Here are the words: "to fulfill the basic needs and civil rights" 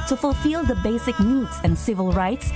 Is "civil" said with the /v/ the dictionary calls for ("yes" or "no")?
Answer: yes